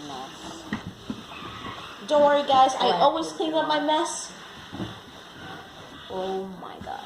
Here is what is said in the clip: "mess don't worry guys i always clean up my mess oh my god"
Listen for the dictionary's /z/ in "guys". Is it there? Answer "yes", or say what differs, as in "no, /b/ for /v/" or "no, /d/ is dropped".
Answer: yes